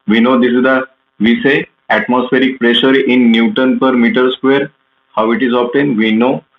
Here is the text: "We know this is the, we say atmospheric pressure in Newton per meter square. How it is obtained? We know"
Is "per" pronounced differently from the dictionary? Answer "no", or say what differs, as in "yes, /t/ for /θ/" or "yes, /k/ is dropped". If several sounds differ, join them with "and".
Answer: no